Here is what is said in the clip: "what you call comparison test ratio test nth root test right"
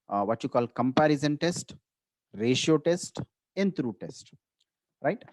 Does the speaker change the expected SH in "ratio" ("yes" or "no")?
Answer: no